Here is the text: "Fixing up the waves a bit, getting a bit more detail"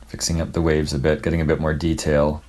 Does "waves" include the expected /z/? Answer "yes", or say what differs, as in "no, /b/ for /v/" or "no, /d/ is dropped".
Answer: yes